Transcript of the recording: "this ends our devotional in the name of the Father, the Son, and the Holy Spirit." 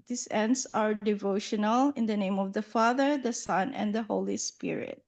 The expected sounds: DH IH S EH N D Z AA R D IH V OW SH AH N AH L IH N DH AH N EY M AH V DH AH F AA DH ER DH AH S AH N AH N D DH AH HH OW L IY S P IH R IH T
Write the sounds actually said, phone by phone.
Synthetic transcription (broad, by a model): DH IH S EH N D S AA R D IH V OW SH AH N AH L IH N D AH N EY M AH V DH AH F AA DH ER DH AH S AH N AH N D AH HH OW L IY S P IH R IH T